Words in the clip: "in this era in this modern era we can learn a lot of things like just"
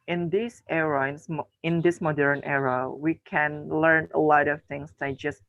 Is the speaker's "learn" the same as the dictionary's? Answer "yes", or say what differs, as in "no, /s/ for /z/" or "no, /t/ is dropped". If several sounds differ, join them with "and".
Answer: yes